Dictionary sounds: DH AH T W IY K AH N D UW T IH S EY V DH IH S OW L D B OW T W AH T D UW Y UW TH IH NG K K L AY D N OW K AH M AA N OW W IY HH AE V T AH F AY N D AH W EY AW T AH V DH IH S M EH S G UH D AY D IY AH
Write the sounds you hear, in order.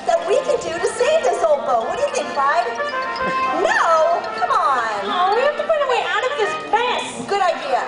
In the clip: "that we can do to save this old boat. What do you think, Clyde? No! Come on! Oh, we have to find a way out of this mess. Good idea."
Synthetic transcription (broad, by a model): DH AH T W IY K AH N D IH T IH S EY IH DH IH S OW L D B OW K W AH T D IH Y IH TH IH NG K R AY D N OW K AH M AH N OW W IY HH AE F T AH P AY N AH W EY AW T AH V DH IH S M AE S G UH D AY D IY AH